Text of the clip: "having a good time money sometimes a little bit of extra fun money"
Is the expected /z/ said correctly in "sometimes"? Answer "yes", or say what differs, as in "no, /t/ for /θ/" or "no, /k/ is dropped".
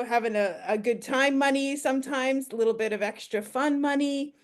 yes